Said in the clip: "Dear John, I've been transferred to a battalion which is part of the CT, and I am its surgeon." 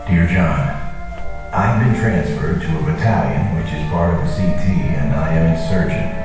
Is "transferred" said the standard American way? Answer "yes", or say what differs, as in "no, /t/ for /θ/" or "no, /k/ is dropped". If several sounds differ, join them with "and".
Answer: yes